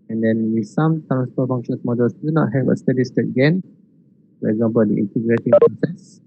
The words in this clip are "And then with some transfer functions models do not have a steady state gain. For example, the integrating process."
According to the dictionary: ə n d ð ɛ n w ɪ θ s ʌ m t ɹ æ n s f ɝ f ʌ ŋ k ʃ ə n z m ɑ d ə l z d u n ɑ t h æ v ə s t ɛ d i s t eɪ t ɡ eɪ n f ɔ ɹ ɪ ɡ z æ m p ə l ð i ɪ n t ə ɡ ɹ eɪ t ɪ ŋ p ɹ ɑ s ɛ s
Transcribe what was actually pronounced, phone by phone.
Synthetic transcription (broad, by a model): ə n d ɛ n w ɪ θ s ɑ m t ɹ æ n s p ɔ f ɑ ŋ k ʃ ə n s m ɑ d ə l s d u n ɑ t h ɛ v ə s t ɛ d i s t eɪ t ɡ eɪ n f ɔ ɹ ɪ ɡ z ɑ m p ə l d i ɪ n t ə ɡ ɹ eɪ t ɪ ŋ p ɹ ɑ s ɛ s